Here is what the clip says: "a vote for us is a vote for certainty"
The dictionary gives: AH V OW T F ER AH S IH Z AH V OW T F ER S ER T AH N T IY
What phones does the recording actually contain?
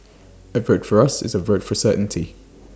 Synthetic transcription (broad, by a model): AH V OW T F ER AH S IH Z AH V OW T F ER S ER T N T IY